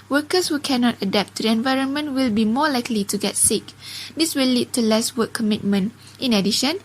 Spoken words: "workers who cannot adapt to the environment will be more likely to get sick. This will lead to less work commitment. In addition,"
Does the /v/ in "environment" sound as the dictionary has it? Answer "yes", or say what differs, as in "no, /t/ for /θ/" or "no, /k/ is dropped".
yes